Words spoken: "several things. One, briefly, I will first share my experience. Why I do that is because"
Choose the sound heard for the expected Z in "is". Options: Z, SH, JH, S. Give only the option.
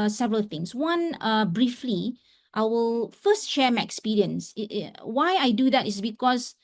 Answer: S